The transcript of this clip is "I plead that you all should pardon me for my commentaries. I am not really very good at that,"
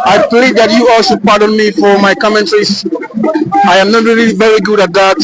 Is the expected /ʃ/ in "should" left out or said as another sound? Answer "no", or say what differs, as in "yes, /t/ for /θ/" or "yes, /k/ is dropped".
yes, /s/ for /ʃ/